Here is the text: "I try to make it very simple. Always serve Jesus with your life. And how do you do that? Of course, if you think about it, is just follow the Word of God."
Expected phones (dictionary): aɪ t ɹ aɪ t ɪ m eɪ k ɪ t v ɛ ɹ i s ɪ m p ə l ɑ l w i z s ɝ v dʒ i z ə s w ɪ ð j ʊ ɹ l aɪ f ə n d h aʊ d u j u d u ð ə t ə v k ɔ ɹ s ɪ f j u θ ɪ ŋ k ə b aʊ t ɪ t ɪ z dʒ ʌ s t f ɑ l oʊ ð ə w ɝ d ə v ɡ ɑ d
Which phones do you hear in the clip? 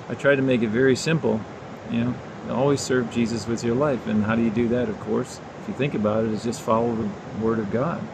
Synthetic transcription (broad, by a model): aɪ t ɹ aɪ t ɪ m eɪ k ɪ t v ɛ ɹ i s ɪ m p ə n ɑ l w i z s ɝ v dʒ i z ə s w ɪ ð j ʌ ɹ l aɪ f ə n h aʊ d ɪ j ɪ d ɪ ð ə t ə v k ɔ ɹ s ɪ f j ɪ θ ɪ ŋ k ə b aʊ t ɪ t ɪ z dʒ ʌ s t f ɑ l oʊ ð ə w ɝ d ə v ɡ ɑ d